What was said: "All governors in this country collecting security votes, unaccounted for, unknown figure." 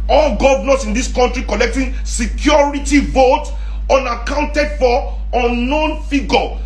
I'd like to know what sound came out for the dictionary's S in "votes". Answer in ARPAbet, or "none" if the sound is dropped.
none